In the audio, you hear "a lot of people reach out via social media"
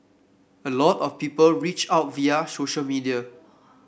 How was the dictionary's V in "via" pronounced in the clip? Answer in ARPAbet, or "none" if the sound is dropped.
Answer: V